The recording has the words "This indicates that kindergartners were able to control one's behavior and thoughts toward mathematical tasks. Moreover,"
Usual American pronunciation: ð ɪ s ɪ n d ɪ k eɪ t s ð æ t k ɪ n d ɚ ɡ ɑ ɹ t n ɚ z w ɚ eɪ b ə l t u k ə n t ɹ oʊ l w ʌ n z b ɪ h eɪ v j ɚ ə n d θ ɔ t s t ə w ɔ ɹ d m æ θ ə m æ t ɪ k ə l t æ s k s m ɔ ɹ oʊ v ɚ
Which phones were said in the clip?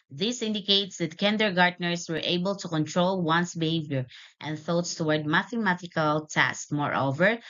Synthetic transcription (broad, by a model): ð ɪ s ɪ n d ɪ k eɪ t s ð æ t k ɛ n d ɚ ɡ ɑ ɹ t n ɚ s w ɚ eɪ b ə l t u k ə n t ɹ oʊ l w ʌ n s b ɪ h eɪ v j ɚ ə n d θ ɔ t s t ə w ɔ ɹ d m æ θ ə m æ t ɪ k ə l t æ s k m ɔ ɹ oʊ v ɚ